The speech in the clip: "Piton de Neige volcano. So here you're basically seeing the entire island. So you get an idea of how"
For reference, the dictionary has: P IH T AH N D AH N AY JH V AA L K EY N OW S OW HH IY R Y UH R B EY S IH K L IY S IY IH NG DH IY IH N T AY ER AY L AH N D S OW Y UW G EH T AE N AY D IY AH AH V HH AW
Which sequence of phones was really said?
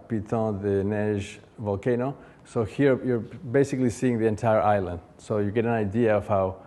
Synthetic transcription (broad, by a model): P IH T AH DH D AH N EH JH V AA L K EY N OW S OW HH IY R Y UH R B EY S IH K L IY S IY IH NG DH IY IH N T AY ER AY L AH N D S OW Y UW G EH T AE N AY D IY AH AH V HH AW